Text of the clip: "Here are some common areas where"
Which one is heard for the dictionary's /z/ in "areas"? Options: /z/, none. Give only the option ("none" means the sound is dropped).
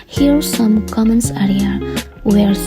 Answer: none